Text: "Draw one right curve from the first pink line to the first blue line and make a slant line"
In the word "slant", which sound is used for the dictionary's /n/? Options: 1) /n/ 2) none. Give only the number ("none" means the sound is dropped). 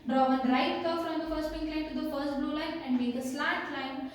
2